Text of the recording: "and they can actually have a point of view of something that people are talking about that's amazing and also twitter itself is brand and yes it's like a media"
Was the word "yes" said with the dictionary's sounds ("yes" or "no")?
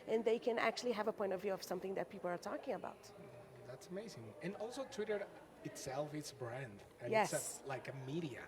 yes